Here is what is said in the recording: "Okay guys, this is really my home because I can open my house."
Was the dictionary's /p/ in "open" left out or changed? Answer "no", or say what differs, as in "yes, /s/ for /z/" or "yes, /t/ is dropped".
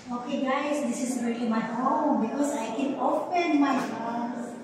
yes, /f/ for /p/